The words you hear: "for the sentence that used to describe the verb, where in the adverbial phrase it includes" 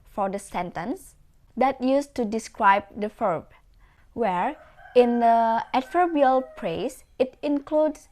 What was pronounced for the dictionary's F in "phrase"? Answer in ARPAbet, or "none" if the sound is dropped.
P